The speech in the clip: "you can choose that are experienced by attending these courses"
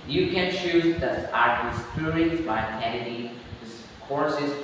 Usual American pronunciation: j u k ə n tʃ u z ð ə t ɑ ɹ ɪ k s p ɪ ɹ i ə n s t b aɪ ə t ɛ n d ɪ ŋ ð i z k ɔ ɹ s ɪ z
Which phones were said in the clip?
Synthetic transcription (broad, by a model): j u k ə n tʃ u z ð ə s ɑ ɹ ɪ s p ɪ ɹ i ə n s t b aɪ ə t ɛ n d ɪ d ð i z k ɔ ɹ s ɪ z